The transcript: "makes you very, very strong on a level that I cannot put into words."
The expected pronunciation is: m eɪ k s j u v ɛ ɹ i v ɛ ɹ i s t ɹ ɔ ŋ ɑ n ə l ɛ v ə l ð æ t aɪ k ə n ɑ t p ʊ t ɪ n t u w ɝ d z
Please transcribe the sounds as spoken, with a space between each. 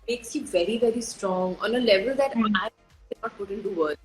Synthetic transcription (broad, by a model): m eɪ k s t v ɛ ɹ i v ɛ ɹ i s t ɹ ɔ ŋ ɑ n ə l ɛ v ə l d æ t aɪ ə ɑ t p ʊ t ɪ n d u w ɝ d